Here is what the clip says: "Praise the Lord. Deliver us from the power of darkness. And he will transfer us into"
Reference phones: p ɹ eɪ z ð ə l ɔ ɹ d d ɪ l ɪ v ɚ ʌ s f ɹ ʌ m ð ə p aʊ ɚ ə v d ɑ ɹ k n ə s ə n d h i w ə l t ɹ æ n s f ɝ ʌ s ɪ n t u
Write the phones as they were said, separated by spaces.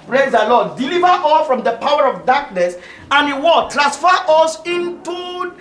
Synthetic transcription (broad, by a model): p ɹ eɪ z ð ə l ɔ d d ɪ l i v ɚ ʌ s f ɹ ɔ m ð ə p aʊ ɚ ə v d ɑ k n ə s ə n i w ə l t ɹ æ s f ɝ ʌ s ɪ n t u